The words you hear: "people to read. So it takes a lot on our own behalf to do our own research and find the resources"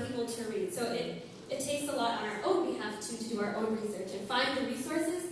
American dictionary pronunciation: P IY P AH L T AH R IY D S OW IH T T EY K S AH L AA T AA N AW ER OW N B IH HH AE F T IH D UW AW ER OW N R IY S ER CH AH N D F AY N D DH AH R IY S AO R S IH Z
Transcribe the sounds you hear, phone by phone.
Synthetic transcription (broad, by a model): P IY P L T AH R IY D S OW IH T T EY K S AH L AA T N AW ER OW N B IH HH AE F T IH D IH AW ER OW N R IY S ER CH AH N F AY N DH AH R IY S AO R S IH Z